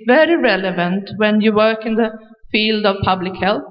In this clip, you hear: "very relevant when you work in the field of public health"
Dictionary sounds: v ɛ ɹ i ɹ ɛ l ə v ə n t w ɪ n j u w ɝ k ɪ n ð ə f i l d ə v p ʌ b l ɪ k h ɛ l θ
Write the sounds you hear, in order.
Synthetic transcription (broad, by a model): v ɛ ɹ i ɹ ɛ l ə v ə n t w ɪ n j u w ɝ k ɪ n ð ə f i l d ə v p ʌ b l ɪ k h ɛ l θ